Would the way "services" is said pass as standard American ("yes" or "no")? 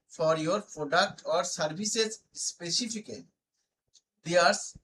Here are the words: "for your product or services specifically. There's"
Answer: no